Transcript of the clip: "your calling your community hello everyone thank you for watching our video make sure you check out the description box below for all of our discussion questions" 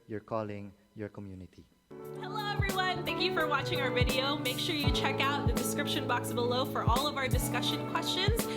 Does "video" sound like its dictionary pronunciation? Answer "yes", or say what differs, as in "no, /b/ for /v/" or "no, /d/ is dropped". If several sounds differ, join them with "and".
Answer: yes